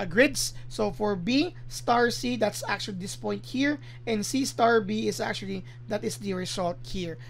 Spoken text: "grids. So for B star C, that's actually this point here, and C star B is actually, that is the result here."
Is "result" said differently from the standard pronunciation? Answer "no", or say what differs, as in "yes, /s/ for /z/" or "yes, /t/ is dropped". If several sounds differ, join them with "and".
yes, /s/ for /z/